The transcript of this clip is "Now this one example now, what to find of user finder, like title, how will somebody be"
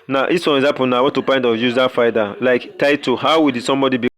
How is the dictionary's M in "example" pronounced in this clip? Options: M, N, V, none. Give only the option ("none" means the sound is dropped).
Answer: none